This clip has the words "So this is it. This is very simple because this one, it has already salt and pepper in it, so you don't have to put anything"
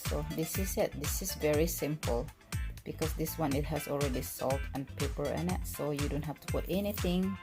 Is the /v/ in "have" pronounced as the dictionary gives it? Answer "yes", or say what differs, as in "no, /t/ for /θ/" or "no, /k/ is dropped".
no, /f/ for /v/